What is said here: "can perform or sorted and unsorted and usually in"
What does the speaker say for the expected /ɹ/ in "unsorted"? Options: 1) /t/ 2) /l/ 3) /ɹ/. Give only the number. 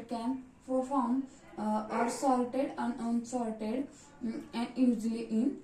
2